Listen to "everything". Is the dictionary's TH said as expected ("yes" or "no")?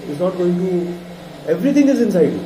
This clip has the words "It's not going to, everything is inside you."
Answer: no